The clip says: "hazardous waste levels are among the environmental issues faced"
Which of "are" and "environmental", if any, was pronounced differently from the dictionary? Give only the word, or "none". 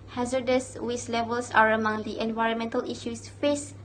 none